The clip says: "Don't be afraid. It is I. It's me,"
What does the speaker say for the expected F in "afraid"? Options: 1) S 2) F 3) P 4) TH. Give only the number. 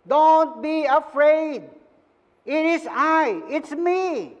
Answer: 2